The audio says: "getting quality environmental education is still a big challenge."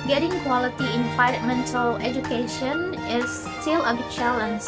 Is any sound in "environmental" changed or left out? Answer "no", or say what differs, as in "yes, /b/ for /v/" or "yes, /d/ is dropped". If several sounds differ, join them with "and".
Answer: yes, /f/ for /v/ and /ɹ/ is dropped